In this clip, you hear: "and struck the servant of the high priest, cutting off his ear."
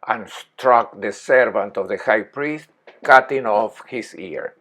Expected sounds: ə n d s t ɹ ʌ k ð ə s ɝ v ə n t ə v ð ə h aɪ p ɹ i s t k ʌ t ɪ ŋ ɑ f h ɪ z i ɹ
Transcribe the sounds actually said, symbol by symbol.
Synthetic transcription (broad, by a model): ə n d s t ɹ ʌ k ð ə s ɝ v ə n t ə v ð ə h aɪ p ɹ i s t k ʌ t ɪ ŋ ɑ f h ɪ s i ɹ